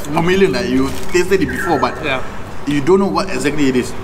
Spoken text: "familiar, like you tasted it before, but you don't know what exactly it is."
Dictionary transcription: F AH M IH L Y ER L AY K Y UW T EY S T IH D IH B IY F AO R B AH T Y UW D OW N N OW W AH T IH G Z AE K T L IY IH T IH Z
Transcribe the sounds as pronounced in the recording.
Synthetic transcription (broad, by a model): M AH M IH L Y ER N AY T Y UW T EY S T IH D IH B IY F AO B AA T Y UW D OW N N OW W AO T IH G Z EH K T L IY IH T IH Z